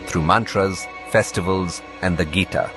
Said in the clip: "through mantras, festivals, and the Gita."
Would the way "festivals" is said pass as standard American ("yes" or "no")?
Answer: yes